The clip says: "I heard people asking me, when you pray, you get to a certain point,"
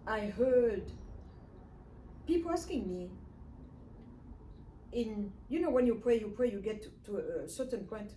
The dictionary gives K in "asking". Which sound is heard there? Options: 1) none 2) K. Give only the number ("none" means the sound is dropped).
2